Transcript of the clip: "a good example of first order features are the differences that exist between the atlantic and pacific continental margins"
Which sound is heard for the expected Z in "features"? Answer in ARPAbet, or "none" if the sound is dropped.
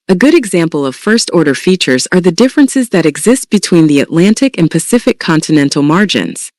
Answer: Z